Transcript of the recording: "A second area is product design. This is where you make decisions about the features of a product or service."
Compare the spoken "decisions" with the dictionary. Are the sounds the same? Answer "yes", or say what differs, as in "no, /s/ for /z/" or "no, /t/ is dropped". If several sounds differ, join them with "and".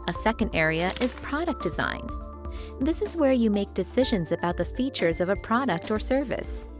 yes